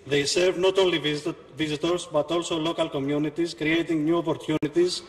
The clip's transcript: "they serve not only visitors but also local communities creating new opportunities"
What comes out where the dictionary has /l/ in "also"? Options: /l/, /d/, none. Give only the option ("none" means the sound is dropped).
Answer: /l/